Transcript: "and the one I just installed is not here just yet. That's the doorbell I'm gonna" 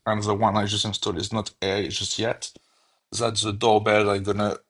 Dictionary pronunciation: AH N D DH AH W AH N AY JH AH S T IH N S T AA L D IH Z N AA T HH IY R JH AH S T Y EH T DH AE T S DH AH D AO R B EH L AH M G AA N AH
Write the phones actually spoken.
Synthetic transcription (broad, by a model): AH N DH AH W AH N AY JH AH S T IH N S T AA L IH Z N AA T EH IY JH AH S T Y EH T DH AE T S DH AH D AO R B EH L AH G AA N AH